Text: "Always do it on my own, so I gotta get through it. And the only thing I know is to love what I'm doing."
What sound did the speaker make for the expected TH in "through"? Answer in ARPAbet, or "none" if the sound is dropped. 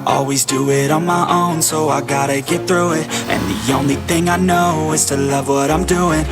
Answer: TH